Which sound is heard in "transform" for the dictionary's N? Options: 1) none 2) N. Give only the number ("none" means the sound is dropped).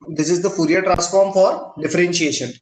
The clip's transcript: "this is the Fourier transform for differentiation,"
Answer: 1